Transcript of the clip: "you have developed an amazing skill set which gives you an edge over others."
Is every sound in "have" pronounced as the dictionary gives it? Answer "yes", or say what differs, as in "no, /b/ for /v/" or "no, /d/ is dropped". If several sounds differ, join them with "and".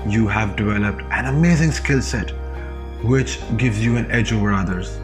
yes